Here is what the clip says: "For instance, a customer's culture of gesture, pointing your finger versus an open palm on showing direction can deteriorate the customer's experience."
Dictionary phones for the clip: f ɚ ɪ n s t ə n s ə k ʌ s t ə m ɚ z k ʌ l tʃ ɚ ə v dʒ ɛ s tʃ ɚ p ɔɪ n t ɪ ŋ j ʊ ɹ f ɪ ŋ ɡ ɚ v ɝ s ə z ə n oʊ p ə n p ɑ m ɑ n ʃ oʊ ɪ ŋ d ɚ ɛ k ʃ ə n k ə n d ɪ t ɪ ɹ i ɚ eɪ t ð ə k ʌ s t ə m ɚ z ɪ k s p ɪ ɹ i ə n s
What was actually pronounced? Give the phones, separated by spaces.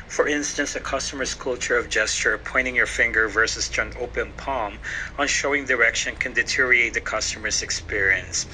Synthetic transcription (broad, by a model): f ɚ ɪ n s t ə n s ə k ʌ s t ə m ɚ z k ʌ l tʃ ɚ ə v dʒ ɛ s tʃ ɚ p ɔɪ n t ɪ ŋ j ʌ ɹ f ɪ ŋ ɡ ɚ v ɝ s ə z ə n oʊ p ə n p ɑ m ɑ n ʃ oʊ ɪ ŋ d ɚ ɛ k ʃ ə n k ə n d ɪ t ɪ ɹ i eɪ t ð ə k ʌ s t ə m ɚ z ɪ k s p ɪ ɹ i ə n s